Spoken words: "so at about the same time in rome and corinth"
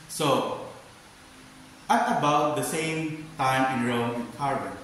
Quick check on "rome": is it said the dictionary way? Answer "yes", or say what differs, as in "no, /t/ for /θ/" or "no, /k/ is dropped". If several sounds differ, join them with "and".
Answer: no, /m/ is dropped